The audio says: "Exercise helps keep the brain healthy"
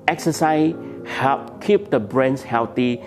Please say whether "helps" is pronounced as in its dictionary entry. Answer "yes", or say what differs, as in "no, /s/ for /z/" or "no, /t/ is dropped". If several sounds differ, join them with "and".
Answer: no, /s/ is dropped